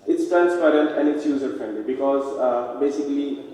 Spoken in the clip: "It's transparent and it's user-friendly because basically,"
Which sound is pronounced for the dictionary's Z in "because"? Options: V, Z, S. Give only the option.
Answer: Z